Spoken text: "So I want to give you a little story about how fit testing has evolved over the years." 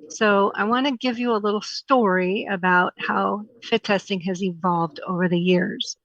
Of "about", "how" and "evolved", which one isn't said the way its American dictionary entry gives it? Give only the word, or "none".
none